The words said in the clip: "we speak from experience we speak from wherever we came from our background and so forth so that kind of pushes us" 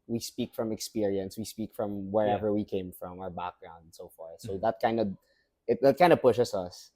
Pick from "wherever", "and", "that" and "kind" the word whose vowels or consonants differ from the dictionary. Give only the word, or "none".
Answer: none